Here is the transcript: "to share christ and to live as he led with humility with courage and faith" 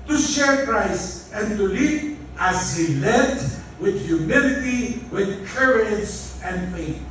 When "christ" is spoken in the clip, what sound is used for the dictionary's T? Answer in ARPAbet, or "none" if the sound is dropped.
none